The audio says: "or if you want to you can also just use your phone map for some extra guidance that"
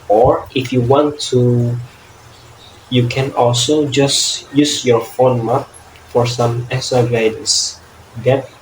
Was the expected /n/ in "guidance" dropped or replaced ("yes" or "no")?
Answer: yes